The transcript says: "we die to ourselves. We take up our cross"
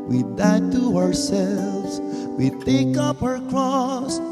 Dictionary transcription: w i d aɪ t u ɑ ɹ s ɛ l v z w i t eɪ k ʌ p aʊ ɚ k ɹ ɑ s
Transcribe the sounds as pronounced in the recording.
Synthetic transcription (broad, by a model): w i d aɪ t u ɑ ɹ s ɛ l v z w i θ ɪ k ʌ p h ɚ k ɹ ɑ s